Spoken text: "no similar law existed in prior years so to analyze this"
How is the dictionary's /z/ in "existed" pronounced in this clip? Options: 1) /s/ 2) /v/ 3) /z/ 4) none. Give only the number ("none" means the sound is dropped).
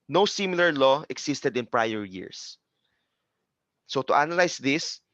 1